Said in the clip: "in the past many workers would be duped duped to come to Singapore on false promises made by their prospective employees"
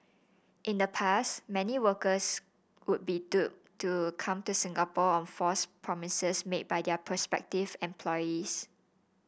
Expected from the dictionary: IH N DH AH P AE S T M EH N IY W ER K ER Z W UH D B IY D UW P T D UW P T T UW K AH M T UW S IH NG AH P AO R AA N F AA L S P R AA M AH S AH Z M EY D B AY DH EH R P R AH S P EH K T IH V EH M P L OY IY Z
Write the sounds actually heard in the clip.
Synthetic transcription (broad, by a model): IH N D AH P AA S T M EH N IY W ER K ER S W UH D B IY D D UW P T T UW K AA M T UW S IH NG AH P AO AA N F AA S P R AA M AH S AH S M EY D B AY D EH P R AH S P EH K T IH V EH M P L OY IY S